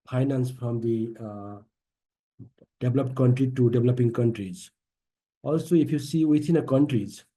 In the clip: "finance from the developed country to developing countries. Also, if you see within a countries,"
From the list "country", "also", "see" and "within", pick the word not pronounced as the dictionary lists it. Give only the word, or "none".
within